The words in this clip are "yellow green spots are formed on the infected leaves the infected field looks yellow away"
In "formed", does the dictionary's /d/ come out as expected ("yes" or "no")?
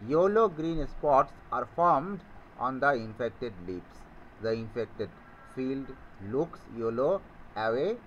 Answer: yes